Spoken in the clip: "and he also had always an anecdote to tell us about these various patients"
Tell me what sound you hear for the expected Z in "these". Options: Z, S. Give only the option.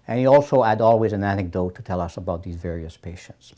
Z